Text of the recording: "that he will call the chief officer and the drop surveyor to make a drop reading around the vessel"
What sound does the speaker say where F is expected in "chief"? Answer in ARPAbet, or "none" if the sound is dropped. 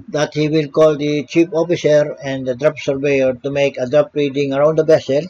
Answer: P